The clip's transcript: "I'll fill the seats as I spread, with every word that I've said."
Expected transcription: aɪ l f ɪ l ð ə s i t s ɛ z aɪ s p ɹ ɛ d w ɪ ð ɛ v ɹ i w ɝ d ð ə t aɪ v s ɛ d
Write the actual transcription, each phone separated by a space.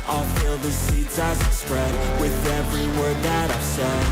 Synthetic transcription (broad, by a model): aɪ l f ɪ l ð ə s i t s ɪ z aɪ s p ɹ ɛ d w ɪ ð ɛ v ɹ i w ɝ d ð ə t aɪ v s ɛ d